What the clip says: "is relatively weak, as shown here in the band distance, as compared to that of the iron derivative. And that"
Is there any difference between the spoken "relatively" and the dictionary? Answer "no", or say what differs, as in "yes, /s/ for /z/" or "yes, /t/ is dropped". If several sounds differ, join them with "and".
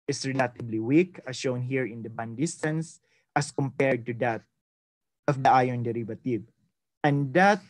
yes, /b/ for /v/